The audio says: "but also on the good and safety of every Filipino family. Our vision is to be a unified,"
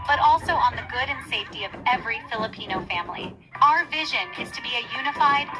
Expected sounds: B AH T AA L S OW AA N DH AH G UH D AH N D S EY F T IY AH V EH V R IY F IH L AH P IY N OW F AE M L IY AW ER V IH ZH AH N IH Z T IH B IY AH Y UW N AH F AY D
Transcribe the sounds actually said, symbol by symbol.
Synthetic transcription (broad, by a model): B AH T AA L S OW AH N DH AH G UH D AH N S EY F T IY AH V EH V R IY F IH L AH P IY N OW F AE M L IY AW ER V IH ZH AH N IH Z T IH B IY AH Y UW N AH F AY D